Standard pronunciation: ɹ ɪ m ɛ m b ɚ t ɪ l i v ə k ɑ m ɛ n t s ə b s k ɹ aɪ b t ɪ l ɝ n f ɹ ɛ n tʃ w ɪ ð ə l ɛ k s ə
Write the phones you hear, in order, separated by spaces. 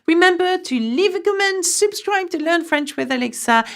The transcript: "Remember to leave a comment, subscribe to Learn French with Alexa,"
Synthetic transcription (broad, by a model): ɹ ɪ m ɛ m b ɚ t ɪ l i v ə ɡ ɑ m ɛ n s ə b s k ɹ aɪ b t ɪ l ɝ n f ɹ ɛ n tʃ w ɪ ð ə l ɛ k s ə